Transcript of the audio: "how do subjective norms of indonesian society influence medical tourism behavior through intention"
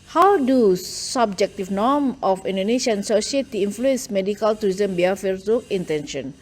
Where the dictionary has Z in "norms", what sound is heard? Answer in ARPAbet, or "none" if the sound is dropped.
none